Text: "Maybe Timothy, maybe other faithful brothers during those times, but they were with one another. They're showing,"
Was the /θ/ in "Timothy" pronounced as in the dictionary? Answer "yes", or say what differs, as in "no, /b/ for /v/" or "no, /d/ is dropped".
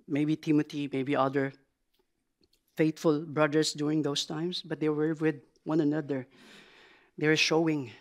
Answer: no, /t/ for /θ/